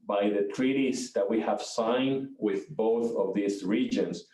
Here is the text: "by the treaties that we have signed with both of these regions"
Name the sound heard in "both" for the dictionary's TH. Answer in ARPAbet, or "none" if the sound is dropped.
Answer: TH